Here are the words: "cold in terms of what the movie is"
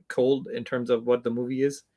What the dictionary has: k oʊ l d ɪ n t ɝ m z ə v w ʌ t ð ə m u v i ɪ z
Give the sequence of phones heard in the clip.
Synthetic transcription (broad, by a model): k oʊ l d ɪ n t ɝ m z ə v w ʌ t ð ə m u v i ɪ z